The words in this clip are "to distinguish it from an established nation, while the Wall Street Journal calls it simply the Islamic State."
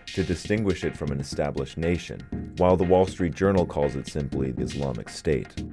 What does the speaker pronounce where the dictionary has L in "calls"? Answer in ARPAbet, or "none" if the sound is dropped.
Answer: L